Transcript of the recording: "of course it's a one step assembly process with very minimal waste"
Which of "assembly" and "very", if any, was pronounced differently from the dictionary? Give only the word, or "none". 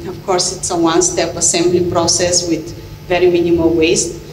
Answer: none